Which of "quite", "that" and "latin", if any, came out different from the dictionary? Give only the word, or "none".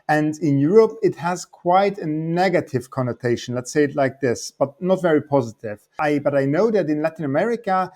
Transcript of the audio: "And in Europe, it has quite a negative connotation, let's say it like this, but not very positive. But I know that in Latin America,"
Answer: none